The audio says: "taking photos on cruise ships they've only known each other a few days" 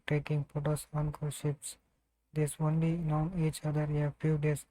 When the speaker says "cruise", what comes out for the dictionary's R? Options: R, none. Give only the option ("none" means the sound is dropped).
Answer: none